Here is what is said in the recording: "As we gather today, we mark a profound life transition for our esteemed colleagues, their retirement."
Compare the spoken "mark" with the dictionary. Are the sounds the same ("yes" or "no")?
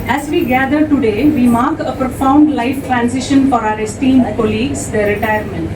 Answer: yes